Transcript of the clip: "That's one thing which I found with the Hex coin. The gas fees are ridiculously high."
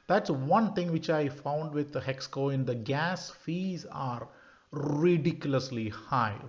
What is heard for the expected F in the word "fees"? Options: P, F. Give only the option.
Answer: F